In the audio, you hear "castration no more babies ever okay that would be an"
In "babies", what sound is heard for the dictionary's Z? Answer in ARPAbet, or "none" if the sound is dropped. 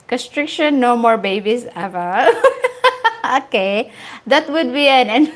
S